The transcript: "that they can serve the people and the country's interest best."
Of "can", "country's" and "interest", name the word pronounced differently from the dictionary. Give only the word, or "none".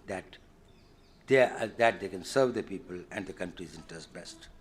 interest